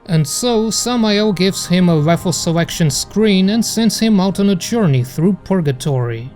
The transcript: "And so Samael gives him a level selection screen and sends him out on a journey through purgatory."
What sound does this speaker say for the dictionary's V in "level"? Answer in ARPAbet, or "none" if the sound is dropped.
F